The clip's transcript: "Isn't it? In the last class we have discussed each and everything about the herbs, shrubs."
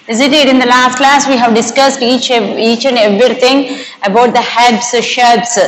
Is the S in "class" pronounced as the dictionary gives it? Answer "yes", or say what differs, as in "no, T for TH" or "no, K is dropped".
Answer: yes